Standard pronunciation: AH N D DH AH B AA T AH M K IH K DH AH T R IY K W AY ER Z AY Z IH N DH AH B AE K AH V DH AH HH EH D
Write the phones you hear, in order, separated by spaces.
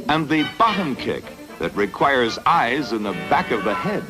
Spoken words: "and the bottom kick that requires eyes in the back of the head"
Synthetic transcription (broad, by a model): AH N DH AH B AA T AH M K IH K DH AH T R IY K W AY ER Z AY Z IH N DH AH B AE K AH V DH AH HH EH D